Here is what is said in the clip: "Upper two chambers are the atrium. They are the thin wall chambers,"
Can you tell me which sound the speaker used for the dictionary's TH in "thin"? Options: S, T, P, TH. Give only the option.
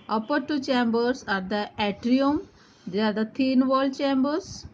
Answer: T